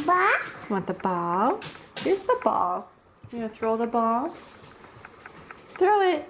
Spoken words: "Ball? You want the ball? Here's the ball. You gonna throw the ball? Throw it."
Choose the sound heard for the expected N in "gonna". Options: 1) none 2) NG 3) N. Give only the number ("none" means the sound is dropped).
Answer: 1